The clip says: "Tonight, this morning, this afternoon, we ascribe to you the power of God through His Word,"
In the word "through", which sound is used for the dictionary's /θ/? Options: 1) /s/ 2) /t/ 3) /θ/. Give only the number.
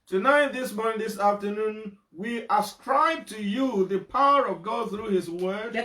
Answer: 3